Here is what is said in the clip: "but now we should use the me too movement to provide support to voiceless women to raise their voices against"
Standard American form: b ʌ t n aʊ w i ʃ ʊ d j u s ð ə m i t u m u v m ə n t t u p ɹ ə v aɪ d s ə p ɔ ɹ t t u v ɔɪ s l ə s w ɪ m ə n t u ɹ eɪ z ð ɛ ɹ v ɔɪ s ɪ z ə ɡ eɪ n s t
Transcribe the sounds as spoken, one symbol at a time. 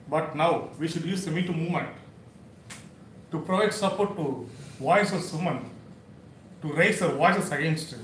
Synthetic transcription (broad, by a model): b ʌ t n aʊ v i ʃ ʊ d j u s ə m i t u m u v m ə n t t u p ɹ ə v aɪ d s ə p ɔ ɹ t t u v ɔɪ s ə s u m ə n t u ɹ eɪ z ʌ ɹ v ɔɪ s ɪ s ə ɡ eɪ n s t